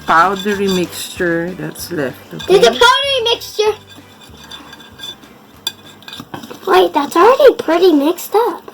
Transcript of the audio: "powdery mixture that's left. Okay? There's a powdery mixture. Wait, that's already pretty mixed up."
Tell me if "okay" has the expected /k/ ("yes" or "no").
no